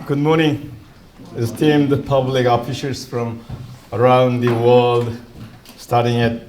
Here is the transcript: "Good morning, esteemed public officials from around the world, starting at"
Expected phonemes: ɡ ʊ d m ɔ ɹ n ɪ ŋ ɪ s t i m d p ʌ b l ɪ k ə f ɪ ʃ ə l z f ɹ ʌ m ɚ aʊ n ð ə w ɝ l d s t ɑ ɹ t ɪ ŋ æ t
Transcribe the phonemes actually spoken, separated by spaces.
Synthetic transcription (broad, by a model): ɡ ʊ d m ɔ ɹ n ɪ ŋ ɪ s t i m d p ʌ b l ɪ k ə f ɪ s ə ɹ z f ɹ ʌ m ɚ aʊ n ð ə w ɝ l d s t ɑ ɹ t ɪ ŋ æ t